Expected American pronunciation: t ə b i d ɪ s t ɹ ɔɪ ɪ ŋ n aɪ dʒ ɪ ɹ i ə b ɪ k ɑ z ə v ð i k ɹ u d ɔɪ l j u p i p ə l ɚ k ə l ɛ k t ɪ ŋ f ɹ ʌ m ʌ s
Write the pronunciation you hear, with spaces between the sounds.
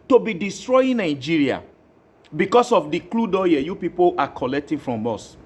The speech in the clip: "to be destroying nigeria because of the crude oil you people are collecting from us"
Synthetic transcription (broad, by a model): t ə b i d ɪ s t ɹ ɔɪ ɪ n aɪ dʒ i ɹ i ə b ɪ k ɑ s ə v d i k l u d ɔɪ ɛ j u p i p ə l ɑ k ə l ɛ k t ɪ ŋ f ɹ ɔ m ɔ s